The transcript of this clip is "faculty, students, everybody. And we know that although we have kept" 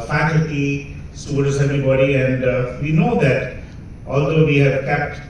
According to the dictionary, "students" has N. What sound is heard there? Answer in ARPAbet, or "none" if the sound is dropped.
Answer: none